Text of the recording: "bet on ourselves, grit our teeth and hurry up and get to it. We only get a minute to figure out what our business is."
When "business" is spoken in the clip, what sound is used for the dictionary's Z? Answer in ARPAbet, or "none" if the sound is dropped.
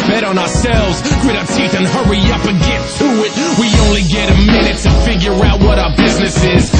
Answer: Z